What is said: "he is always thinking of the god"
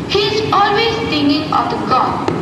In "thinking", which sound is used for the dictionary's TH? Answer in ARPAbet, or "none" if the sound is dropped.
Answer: T